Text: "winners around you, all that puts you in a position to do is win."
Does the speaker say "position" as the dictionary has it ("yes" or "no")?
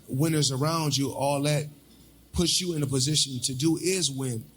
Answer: yes